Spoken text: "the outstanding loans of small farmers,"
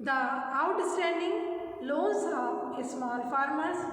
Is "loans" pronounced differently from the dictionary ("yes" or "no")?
yes